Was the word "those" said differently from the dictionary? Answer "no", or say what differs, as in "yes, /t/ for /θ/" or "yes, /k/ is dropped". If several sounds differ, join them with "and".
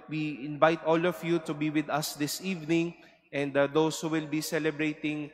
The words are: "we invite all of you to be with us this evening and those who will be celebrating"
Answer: yes, /s/ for /z/